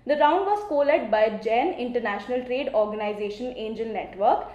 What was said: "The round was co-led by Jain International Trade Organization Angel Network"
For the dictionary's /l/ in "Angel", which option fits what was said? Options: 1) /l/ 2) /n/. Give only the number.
2